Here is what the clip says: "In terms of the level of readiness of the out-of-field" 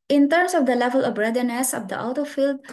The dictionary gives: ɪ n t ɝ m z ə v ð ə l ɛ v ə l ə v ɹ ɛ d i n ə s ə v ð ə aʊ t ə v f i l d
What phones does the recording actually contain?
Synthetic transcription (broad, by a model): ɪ n t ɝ m s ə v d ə l ɛ v ə l ə v ɹ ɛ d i n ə s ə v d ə aʊ t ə f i l d